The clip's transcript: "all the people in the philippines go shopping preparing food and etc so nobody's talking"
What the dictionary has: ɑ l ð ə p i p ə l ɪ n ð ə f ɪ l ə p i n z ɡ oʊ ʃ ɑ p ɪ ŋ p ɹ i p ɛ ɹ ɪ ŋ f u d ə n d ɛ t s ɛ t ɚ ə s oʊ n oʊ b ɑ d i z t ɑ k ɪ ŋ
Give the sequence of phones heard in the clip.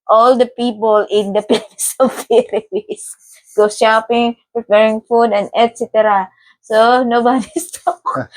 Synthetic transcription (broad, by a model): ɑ l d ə p i p ə l ɪ n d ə p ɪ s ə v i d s ɡ oʊ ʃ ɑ p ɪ ŋ p ɹ i p ɛ ɹ ɪ ŋ f u d ə n d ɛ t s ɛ t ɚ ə s oʊ n oʊ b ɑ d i s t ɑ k